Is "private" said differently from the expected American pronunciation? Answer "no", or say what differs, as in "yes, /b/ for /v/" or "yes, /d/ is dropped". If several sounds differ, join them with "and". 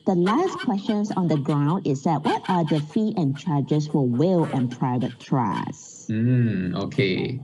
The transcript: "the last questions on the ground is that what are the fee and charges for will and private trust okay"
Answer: no